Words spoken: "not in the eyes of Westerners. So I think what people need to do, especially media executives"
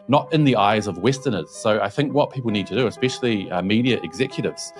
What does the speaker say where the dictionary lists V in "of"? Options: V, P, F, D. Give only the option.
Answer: V